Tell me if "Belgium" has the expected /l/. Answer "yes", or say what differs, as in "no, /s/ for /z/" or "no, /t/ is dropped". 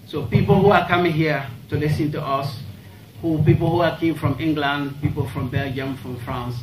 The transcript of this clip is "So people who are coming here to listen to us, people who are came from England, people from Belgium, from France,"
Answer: yes